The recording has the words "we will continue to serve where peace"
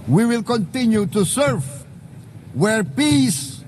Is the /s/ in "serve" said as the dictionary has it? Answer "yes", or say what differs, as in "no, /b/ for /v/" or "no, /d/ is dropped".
yes